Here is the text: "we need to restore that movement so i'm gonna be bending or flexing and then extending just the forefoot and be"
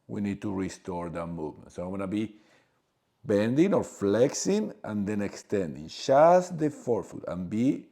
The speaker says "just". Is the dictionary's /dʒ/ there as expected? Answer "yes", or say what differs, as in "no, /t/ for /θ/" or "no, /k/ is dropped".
no, /ʃ/ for /dʒ/